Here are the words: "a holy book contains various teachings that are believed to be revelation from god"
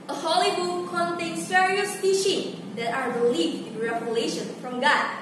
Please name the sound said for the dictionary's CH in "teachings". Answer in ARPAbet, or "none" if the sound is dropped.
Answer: SH